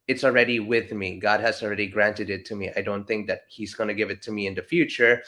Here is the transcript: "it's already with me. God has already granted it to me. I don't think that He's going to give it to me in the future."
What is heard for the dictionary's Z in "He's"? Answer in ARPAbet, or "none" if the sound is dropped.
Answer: Z